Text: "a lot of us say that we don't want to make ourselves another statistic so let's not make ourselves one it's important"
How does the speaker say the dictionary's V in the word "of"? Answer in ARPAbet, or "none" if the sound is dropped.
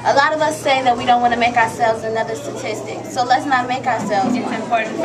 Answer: V